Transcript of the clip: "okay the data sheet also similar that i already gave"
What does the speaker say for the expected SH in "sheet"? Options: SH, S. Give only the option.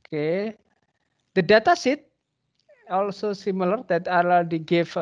S